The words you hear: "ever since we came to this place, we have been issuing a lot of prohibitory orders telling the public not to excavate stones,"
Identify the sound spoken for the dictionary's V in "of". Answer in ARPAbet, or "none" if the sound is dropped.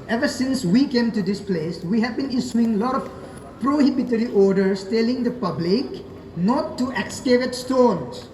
F